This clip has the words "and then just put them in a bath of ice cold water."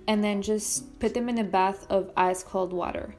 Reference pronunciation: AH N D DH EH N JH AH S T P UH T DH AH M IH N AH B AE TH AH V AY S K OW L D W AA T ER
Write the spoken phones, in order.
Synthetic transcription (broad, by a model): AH N DH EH N JH AH S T P UH T DH AH M IH N AH B AE TH AH V AY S K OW L D W AA T ER